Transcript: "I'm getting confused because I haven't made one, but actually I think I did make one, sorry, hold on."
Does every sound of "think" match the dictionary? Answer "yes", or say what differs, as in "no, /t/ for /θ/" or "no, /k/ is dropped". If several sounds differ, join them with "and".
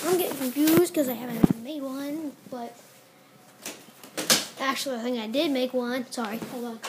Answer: no, /k/ is dropped